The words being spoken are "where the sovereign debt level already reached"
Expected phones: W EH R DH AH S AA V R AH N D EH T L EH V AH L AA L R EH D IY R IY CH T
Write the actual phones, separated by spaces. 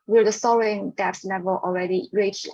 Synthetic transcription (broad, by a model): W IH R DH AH S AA R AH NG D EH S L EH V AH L AA L R EH D IY R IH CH